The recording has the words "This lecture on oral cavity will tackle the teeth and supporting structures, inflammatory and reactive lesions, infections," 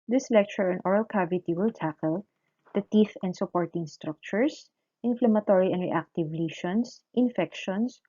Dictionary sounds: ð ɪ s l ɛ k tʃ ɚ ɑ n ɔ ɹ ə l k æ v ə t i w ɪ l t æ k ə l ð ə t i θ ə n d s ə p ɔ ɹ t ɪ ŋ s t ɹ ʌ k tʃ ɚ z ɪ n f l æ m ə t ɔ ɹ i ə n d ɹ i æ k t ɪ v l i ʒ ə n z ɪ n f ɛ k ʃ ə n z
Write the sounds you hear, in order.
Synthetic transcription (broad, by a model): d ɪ s l ɛ k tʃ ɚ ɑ n ɔ ɹ ə l k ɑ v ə t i w ɪ l t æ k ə l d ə t i f ə n d s ə p ɔ ɹ t ɪ ŋ s t ɹ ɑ k tʃ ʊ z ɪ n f l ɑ m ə t ɔ ɹ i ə n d ɹ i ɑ k t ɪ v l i ʃ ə n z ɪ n f ɛ k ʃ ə n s